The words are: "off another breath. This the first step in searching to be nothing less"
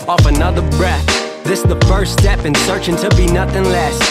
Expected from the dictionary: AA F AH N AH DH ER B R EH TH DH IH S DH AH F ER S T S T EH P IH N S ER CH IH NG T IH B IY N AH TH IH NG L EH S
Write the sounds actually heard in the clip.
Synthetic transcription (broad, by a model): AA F AH N AH DH ER B R EH TH DH IH S DH AH F ER S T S T EH P IH N S ER CH IH NG T IH B IY N AH TH IH NG L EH S